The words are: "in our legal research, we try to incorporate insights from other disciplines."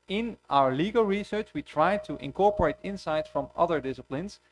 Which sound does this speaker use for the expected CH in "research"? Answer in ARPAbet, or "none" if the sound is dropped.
CH